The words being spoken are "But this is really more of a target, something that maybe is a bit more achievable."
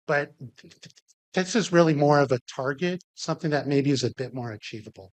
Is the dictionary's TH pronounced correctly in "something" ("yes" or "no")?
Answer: yes